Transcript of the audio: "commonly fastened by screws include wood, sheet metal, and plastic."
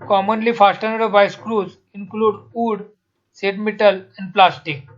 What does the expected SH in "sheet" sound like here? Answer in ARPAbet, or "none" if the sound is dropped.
S